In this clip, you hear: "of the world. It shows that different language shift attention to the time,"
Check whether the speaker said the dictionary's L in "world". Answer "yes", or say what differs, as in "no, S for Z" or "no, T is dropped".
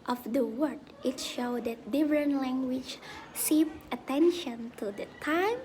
no, L is dropped